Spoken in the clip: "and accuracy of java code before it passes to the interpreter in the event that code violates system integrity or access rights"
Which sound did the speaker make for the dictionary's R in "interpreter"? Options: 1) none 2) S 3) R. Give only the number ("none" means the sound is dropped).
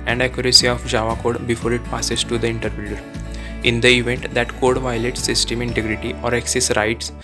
1